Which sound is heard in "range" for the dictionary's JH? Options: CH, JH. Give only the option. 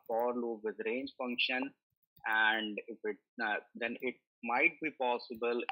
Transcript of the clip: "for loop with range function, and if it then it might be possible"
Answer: JH